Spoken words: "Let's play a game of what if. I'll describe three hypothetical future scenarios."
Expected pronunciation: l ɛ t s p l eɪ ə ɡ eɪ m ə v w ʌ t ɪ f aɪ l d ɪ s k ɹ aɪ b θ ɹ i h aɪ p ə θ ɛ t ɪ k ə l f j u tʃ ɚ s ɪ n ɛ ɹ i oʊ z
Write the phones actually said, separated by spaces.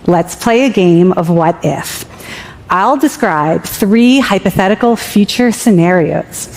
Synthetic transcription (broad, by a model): l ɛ t s p l eɪ ə ɡ eɪ m ə v w ʌ t ɪ f aɪ l d ɪ s k ɹ aɪ b θ ɹ i h aɪ p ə θ ɛ t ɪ k l f j u tʃ ɚ s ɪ n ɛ ɹ i oʊ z